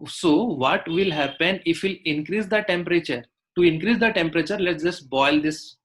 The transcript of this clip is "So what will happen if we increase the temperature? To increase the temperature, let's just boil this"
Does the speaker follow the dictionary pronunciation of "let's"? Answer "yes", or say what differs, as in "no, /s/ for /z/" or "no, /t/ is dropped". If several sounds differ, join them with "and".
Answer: no, /s/ is dropped